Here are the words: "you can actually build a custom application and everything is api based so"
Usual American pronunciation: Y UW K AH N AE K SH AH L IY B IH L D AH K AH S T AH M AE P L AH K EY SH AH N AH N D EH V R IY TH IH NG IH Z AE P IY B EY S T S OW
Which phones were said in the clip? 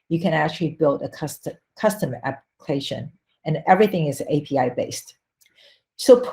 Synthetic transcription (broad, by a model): Y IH K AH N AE K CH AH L IY B IH L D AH K AH S T AH M AE P L AH K EY SH AH N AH N EH V R IY TH IH NG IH Z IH P IY B EY S T S OW